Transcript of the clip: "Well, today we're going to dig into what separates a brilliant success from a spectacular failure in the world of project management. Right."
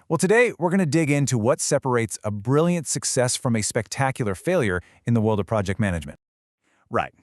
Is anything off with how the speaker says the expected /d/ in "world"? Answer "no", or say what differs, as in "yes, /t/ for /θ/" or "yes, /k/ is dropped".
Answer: no